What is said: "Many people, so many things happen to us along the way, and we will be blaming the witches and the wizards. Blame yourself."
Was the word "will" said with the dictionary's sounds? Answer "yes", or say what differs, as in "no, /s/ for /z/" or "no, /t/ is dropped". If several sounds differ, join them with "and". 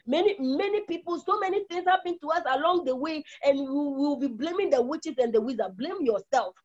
no, /w/ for /l/